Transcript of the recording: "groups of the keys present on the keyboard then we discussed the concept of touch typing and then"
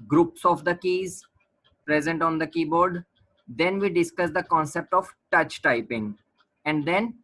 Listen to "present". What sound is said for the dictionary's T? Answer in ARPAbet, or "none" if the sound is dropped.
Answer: T